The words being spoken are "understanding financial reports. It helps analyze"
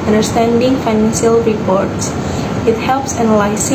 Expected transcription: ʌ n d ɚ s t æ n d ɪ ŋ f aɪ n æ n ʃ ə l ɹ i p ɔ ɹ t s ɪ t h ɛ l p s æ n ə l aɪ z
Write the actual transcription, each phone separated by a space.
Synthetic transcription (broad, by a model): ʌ n d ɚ s t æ n d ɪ ŋ f aɪ n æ n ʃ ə l ɹ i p ɔ ɹ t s ɪ t h ɛ l p s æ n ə l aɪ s